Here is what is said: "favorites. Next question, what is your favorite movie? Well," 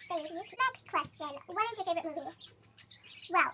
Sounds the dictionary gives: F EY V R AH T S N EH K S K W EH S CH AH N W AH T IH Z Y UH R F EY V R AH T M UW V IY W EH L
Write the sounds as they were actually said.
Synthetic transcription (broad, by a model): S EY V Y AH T N EH K S K W EH S CH AH N W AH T IH Z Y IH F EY R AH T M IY W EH L